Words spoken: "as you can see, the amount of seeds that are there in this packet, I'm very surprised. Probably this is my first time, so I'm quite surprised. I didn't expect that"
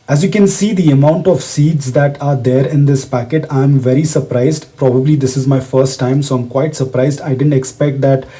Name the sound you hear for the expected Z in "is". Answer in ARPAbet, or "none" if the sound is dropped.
Z